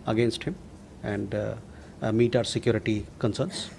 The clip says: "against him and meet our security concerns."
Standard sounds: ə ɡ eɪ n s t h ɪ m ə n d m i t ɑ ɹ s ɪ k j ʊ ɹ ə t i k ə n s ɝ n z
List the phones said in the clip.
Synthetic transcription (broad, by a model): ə ɡ eɪ n s t h ɪ m ə n d m i t ɑ ɹ s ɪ k j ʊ ɹ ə t i k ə n s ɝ n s